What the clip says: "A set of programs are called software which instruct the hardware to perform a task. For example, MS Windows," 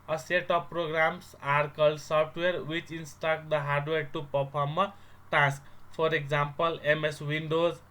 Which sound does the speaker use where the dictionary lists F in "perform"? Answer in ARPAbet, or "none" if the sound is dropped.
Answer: P